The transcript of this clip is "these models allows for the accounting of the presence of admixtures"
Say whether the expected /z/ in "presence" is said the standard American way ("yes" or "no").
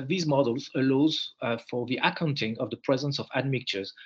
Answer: yes